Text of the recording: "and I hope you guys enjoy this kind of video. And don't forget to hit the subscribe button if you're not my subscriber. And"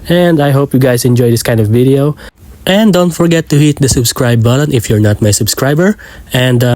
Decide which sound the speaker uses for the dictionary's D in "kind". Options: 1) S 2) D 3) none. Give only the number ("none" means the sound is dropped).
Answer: 2